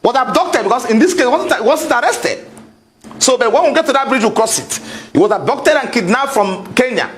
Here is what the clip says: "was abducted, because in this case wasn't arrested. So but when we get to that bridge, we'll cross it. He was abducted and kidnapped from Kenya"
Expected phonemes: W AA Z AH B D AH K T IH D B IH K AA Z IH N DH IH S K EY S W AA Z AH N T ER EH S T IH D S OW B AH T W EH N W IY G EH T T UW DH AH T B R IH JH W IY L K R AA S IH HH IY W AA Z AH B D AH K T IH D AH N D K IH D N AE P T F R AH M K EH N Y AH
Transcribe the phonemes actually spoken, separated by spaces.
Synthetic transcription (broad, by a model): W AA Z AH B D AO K T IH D B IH K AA S IH N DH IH S K EY S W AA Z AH N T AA EH S T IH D S OW B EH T W EH N W IY G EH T T UW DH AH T B R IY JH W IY K R AA S IH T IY W AA Z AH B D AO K T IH D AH N K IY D N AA F R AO M K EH N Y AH